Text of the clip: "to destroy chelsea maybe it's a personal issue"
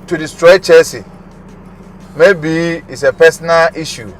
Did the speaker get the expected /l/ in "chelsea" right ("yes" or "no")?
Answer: no